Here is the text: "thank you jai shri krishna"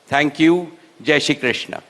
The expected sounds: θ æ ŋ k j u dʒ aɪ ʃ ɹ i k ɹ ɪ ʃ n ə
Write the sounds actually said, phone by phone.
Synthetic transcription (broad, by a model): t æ ŋ k j u dʒ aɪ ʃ i k ɹ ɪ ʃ n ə